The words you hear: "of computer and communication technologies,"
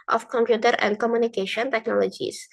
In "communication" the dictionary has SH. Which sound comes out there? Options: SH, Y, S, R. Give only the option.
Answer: SH